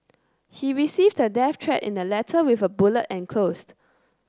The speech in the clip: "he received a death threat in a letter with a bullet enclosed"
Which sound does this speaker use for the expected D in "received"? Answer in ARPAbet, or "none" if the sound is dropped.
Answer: D